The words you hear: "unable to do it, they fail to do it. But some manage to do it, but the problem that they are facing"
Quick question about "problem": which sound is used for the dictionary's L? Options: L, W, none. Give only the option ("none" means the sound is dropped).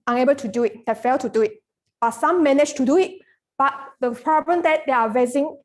none